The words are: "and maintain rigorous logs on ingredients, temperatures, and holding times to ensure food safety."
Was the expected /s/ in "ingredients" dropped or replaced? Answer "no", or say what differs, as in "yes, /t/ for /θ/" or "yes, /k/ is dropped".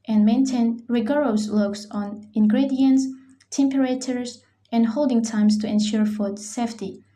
no